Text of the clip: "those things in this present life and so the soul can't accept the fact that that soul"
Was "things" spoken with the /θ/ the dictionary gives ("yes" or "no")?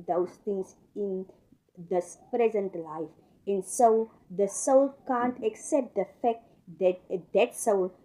no